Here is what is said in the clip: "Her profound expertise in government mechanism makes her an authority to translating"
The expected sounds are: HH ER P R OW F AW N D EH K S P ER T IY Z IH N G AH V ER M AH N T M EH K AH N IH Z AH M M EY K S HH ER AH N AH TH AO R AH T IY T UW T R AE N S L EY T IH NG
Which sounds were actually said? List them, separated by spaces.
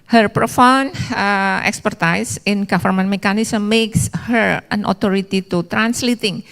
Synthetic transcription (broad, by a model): HH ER P R OW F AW N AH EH K S P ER T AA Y IH N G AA F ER M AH N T M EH K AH N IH S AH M M EY K S HH ER AH N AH T AO R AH T IY T UW T R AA N S L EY T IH NG